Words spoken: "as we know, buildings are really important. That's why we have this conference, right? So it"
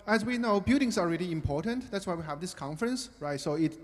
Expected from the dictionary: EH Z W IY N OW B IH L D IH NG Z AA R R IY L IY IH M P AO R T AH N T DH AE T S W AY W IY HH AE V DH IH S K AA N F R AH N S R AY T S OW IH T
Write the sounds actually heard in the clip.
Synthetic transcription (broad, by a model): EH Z W IY N OW B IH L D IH NG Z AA L R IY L IY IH M P AO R T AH N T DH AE T S W AY W IY HH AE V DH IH S K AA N F R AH N S R AY T S OW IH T